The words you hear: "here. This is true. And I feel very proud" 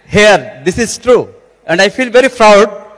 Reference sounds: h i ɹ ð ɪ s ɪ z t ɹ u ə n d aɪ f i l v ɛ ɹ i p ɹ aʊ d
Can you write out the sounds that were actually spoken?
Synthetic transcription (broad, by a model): h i ɹ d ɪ s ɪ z t ɹ u ə n d aɪ f i l v ɛ ɹ i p ɹ aʊ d